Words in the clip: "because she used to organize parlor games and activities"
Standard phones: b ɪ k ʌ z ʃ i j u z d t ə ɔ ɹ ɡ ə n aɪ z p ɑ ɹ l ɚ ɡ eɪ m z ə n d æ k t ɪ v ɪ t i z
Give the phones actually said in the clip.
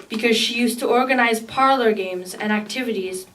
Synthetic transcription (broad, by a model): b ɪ k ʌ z ʃ i j u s t ə ɔ ɹ ɡ ə n aɪ z p ɑ ɹ l ɚ ɡ eɪ m z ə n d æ k t ɪ v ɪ t i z